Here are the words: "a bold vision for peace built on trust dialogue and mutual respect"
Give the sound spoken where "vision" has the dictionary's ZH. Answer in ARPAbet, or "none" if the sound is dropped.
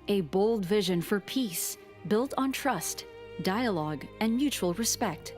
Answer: ZH